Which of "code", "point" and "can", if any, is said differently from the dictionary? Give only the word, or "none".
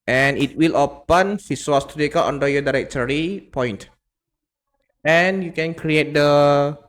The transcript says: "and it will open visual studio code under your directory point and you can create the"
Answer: code